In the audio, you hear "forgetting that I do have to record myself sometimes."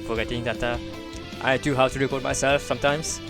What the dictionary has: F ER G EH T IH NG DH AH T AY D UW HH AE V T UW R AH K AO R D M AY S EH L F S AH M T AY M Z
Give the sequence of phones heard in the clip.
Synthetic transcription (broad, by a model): F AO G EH T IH NG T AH T AY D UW HH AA W T UW R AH K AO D M AY S EH L F S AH M T AY M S